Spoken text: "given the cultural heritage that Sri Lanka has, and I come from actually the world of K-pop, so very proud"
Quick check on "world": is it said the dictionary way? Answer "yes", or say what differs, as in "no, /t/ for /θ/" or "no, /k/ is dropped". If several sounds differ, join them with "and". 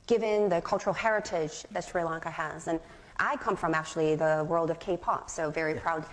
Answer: yes